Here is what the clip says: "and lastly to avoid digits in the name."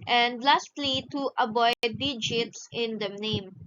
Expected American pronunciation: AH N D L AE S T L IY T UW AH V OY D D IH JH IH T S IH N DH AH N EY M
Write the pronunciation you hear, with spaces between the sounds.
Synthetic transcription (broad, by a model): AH N D L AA S T L IY T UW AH B OY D D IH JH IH T S IH N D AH N EY M